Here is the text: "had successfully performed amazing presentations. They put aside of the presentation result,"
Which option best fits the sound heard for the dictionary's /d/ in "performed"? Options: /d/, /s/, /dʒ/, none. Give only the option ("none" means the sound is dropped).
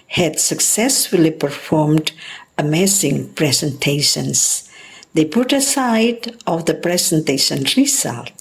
/d/